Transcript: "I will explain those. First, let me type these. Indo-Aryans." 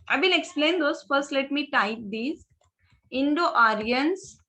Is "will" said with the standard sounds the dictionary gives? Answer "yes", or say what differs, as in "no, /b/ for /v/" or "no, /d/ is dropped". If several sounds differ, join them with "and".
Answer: no, /n/ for /l/